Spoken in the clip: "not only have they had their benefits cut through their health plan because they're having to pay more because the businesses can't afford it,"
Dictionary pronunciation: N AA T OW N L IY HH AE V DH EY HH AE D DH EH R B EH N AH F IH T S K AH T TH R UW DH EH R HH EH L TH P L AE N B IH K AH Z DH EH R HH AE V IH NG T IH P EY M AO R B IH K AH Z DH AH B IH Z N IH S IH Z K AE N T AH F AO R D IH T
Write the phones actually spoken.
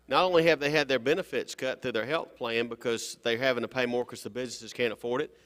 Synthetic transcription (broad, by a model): N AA T OW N L IY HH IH V DH EY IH D DH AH R B EH N AH F IH T S K AH T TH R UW DH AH R HH EH L TH P L AE N B IH K AH Z DH EH R HH AE V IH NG T IH P EY M AO R K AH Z DH AH B IH Z N IH S IH Z K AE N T AH F AO R D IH T